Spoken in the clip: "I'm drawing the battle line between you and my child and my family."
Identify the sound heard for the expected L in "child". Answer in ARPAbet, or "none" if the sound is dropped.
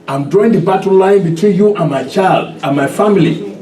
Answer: L